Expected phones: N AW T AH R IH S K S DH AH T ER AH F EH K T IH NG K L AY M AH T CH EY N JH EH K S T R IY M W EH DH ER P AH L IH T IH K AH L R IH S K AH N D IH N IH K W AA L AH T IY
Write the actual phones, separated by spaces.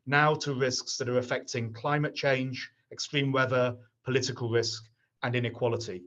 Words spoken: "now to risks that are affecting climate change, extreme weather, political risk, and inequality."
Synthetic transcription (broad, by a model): N AW T AH R IH S K S DH AH T ER AH F EH K T IH NG K L AY M AH T CH EY N JH EH K S T R IY M W EH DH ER P AH L IH T IH K AH L R IH S K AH N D IH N IH K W AA L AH T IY